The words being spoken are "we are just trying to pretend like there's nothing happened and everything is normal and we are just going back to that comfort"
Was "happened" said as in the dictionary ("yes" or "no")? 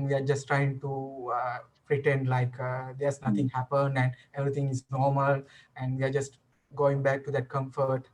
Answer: yes